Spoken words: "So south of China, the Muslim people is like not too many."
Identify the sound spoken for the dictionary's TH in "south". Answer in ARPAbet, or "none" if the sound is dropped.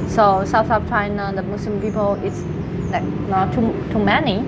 F